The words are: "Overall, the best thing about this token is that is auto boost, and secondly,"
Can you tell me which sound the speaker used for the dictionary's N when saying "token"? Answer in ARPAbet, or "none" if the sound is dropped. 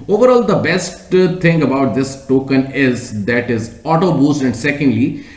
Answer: N